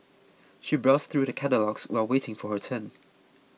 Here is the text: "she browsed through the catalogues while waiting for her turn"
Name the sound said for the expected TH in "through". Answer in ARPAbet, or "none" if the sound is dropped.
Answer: TH